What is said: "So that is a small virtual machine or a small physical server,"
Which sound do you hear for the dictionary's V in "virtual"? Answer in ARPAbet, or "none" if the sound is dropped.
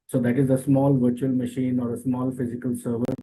V